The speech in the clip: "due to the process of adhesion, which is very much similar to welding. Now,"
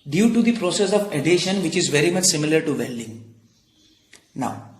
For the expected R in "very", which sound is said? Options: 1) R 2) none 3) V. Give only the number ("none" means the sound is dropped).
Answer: 1